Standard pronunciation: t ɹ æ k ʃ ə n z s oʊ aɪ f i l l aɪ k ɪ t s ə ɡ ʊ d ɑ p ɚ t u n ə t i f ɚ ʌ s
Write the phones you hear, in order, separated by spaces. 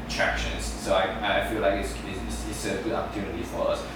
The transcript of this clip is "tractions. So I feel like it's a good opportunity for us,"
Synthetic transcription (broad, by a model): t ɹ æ k ʃ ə n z s oʊ aɪ f i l l aɪ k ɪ s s ə ɡ ʊ d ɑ p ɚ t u n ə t i f ɚ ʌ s